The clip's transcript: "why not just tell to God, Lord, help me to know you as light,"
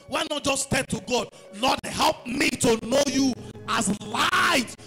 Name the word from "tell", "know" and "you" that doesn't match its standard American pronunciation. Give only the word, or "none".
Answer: tell